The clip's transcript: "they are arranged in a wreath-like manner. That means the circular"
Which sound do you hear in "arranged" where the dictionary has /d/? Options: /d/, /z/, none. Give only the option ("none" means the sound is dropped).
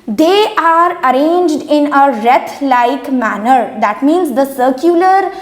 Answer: /d/